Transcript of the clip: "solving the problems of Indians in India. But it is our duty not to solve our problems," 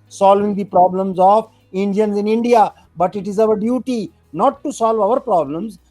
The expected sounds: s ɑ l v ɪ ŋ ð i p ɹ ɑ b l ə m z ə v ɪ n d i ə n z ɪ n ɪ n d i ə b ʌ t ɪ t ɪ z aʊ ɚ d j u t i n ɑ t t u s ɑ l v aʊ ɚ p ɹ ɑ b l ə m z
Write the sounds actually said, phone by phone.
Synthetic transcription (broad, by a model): s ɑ l v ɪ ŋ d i p ɹ ɑ b l ə m z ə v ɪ n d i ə n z ɪ n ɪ n d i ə b ʌ t ɪ t ɪ z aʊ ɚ d j u t i n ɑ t t u s ɑ l v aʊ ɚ p ɹ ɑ b l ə m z